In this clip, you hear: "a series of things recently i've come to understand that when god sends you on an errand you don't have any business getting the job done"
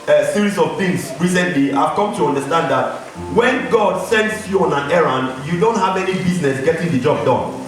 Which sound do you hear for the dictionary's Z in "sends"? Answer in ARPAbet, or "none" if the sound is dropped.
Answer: S